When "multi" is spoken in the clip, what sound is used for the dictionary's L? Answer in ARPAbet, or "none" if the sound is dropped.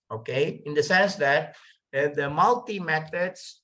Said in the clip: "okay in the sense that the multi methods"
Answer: L